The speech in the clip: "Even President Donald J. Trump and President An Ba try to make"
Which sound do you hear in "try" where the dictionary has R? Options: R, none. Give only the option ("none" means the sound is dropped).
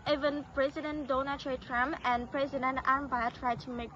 R